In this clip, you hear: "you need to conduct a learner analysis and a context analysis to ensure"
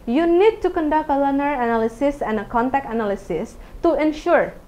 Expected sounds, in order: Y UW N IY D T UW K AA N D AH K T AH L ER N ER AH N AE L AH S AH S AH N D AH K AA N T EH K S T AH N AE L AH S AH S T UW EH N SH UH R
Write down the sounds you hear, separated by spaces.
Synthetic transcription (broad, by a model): Y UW N IY D T UW K AA N D AH K T AH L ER N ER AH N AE L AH S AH S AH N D AH K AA N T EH K T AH N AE L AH S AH S T UW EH N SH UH R